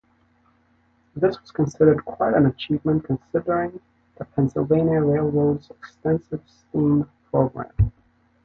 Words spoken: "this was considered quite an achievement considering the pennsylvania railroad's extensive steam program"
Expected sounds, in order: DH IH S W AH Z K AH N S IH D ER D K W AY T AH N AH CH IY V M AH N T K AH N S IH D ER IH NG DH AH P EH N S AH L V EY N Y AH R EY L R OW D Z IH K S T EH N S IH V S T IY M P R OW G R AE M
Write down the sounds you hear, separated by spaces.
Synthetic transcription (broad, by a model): DH IH S W AH Z K AH N S IH D ER D K W AY T AH N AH CH IY V M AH N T K AH N S IH D ER IH NG DH AH P EH N S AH L V EY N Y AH R EY L R OW D Z IH K S T EH N S IH V S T IY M P R OW G R AE M